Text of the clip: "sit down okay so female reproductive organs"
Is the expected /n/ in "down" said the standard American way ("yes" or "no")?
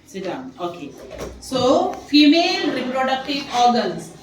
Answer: no